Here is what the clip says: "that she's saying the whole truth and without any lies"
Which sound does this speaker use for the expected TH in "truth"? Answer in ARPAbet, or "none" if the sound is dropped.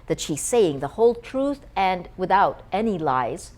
TH